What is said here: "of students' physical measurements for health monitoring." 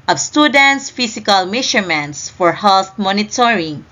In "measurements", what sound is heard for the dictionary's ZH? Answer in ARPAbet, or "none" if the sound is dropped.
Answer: SH